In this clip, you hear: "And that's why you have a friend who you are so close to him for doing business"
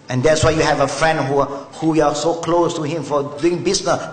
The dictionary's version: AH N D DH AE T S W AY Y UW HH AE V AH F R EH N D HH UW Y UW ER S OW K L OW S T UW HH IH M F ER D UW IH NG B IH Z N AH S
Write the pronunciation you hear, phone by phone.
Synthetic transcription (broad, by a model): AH N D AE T S W AY Y UW HH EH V AH F R EH N D HH UW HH UW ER S OW K L OW S T UW HH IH M F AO D UW IH NG B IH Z N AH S